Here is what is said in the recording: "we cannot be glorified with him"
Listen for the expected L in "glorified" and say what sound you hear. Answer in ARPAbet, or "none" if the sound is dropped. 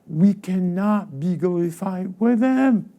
none